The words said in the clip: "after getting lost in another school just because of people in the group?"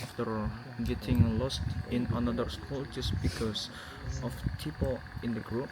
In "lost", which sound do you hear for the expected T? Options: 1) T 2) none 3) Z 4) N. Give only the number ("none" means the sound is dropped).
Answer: 1